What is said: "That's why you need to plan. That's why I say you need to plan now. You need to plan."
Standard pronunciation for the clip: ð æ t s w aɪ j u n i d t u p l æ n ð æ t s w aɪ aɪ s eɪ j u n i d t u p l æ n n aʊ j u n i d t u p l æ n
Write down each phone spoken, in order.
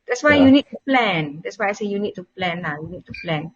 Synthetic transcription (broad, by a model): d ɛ t s w aɪ j u n i d t u p l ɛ n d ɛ t s w aɪ aɪ s eɪ j u n i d t u p l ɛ n l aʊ j u n i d t u p l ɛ n